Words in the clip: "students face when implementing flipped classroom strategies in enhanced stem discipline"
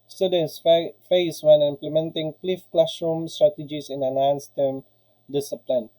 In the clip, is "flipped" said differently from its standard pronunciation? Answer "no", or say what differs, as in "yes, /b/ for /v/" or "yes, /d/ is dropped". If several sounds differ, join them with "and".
yes, /p/ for /f/